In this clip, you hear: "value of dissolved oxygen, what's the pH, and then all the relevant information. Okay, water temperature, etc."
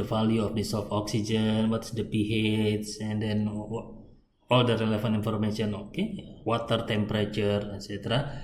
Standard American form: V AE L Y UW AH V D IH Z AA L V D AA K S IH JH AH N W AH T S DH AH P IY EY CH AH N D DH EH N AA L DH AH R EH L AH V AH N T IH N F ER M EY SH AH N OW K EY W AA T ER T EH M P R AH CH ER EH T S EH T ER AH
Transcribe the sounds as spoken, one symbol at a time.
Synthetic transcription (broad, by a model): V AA L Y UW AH F D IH S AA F AA K S IH JH AH N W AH T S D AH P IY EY S AH N D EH N AA L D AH R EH L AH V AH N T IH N F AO M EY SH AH N OW K EY W AA T ER T EH M P R AH CH ER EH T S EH T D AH